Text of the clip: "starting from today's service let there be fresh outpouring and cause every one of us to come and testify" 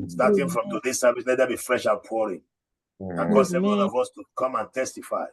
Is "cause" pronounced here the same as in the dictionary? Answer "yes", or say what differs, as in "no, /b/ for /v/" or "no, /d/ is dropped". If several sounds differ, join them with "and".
no, /s/ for /z/